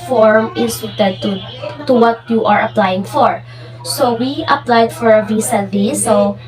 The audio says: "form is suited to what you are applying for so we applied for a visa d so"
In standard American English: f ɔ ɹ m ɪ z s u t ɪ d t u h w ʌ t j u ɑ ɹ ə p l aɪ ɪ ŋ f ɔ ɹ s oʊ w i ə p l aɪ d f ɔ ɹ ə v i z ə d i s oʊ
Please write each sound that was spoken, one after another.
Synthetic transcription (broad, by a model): f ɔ ɹ m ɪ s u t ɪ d t u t w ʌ t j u ɑ ɹ ə p l aɪ ɪ ŋ f ɔ ɹ s oʊ w i ə p l aɪ d f ɔ ɹ ə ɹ i s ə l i s oʊ